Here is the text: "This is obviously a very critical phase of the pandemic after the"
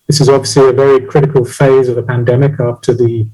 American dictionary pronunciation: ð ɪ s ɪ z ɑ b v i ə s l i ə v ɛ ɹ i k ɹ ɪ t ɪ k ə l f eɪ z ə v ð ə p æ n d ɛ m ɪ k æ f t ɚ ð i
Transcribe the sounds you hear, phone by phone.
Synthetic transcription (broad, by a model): ð ɪ s ɪ z ɑ b v i ə s l i ə v ɛ ɹ i k ɹ ɪ t ɪ k ə l f eɪ z ə v ð ə p æ n d ɛ m ɪ k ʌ p t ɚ ð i